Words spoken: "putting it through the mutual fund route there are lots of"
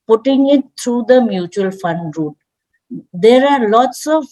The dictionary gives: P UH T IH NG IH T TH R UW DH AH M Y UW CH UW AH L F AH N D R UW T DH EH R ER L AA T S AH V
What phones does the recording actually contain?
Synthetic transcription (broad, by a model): P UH T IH NG IH T T R UW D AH M Y UW CH UW AH L F AH N D R UW T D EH R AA L AA T S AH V